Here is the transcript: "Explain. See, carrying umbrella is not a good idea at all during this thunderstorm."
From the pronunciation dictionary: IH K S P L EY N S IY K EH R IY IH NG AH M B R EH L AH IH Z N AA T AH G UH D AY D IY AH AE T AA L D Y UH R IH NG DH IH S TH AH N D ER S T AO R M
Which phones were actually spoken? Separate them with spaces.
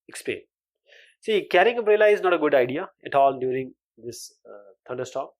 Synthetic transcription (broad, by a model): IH K S P L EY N S IY K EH R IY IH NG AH B R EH L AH IH Z N AA T AH G UH D AY D IY AH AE T AA L D Y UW R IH NG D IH S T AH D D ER S T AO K